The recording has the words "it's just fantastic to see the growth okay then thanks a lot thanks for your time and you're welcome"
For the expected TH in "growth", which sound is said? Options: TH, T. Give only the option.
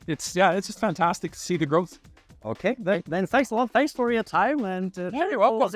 TH